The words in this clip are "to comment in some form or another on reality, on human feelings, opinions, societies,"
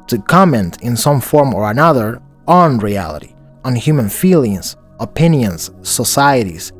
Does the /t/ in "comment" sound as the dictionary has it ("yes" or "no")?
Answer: yes